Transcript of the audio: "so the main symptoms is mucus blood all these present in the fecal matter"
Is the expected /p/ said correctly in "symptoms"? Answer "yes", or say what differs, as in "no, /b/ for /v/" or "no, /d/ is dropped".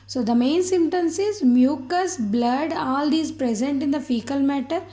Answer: no, /p/ is dropped